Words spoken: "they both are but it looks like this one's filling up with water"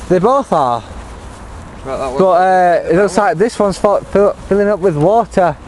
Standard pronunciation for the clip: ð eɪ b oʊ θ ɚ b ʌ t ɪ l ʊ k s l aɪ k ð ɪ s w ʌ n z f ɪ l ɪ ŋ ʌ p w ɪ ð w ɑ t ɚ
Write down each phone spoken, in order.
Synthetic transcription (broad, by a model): ð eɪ b oʊ θ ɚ b ʌ t ɪ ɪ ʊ s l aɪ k ð ɪ s w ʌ n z f ɪ l ɪ ŋ ʌ p w ɪ ð w ɑ t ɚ